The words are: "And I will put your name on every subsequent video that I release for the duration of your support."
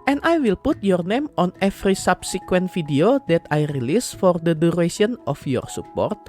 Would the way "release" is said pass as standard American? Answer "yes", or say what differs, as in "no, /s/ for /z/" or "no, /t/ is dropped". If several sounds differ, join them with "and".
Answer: yes